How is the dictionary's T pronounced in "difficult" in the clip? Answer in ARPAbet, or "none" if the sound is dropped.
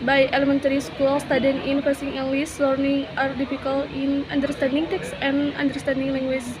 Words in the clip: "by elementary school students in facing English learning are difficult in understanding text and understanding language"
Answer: none